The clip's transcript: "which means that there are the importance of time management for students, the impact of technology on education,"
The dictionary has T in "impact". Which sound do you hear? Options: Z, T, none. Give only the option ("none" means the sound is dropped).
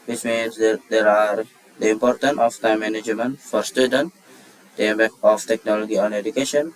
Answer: none